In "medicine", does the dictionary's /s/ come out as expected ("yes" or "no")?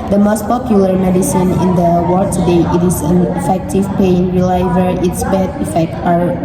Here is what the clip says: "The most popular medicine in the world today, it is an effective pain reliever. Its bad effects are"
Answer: yes